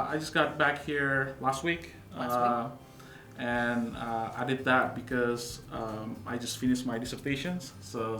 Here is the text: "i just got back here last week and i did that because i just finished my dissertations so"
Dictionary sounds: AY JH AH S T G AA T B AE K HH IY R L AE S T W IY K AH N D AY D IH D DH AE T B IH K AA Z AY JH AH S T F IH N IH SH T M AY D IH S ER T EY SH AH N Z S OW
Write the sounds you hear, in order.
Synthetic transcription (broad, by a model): AY JH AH S G AA T B AE K HH IY R L AE S T W IY K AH N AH AY D IH D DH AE T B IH K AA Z AY JH AH S T F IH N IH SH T M AY D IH S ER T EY SH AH N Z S OW